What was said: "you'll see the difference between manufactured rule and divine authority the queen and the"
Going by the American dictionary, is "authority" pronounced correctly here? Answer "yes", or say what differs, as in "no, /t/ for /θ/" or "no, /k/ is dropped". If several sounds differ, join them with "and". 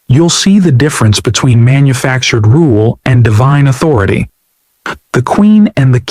yes